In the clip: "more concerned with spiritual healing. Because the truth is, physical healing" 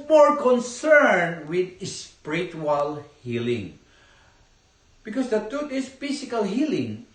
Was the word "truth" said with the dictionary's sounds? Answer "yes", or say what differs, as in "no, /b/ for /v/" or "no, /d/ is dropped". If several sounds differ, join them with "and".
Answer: no, /ɹ/ is dropped and /t/ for /θ/